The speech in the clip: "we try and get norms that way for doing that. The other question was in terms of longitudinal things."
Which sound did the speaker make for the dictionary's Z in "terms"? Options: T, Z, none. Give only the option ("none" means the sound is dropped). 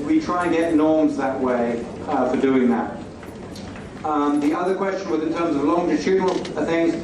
Z